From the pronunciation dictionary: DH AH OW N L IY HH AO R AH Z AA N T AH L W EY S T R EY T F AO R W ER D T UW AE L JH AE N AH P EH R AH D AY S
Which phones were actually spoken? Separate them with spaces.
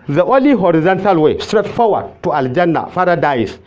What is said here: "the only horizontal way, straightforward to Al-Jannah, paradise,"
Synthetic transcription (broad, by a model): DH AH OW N L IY HH AO R AH Z AA N T AH L W EY S T R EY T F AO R W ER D T UW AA L JH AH N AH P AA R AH D AY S